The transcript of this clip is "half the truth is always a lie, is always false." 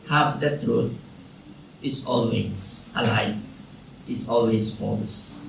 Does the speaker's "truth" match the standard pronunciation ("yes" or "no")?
no